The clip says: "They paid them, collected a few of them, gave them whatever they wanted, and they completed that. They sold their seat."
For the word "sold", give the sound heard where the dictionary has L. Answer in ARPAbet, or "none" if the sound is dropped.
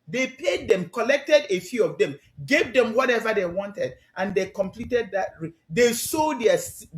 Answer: none